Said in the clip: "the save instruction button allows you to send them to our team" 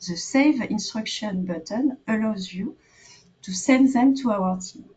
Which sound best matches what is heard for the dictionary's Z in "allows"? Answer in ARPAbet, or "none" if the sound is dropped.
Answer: Z